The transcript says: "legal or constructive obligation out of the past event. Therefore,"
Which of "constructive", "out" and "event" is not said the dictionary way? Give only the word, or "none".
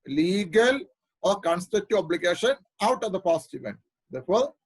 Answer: constructive